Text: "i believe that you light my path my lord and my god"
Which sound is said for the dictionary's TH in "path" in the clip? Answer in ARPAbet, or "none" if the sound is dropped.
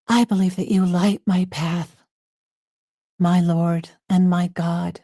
TH